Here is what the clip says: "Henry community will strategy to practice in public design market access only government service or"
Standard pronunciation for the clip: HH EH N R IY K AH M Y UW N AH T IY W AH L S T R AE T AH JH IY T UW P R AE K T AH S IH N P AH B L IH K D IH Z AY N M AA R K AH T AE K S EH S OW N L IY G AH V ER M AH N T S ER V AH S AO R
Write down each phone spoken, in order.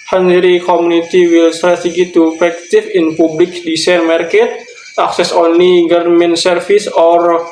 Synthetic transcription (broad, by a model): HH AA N R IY K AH M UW N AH T IY W AH L S T R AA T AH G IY T UW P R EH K T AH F IH N P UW B L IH K D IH S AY N M AA R K AH T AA K S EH S OW N L IY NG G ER M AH N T S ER F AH S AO R